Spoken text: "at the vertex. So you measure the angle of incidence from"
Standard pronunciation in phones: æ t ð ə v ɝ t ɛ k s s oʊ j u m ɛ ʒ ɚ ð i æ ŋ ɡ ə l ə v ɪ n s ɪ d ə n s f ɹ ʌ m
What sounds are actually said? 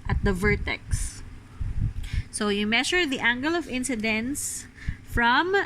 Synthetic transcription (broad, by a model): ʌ t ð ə v ɝ t ɛ k s s oʊ j u m ɛ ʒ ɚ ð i æ ŋ ɡ ə l ə v ɪ n s ɪ d ə n s f ɹ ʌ m